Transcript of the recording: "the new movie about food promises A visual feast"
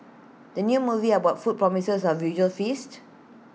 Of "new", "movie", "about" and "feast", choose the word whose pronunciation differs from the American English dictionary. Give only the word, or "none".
none